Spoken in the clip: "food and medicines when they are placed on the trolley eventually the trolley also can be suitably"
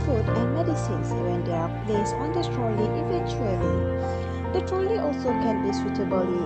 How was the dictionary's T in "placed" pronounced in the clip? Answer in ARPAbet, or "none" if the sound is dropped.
none